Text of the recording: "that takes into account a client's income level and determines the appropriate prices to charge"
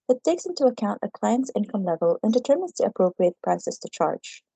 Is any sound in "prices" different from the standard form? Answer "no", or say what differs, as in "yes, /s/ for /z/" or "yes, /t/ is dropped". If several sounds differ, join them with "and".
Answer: yes, /s/ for /z/